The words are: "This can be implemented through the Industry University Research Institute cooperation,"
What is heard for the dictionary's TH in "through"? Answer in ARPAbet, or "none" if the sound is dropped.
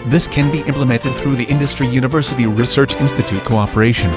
TH